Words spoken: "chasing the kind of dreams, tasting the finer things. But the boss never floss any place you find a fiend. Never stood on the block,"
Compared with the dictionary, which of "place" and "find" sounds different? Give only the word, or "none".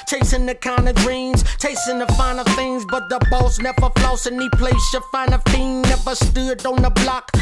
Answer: find